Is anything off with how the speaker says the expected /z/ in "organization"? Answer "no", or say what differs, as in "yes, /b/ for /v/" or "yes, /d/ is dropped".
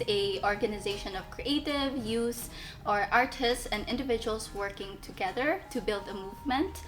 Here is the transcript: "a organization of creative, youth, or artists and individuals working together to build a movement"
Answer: no